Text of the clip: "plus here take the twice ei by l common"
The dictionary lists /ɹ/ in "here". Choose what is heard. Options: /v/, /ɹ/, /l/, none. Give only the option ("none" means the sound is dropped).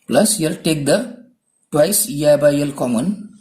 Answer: /l/